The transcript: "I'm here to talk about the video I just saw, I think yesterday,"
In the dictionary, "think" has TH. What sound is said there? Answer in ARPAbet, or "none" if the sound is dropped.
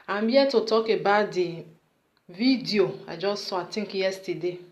T